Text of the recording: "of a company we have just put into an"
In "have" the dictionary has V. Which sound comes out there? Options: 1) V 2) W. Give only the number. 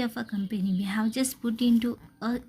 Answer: 2